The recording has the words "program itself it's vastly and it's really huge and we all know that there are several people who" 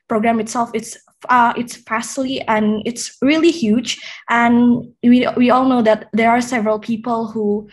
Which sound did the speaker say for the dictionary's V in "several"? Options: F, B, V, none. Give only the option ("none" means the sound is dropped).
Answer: V